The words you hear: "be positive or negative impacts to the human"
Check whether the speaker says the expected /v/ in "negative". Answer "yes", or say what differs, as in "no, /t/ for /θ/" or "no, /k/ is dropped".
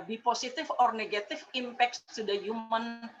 no, /f/ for /v/